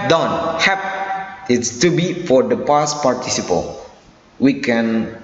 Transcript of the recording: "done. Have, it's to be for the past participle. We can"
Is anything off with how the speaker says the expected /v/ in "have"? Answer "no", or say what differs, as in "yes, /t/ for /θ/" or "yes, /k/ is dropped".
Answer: yes, /p/ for /v/